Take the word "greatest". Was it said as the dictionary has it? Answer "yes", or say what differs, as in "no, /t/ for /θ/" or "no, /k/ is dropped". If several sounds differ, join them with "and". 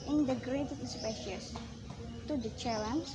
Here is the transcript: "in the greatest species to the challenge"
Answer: no, /s/ is dropped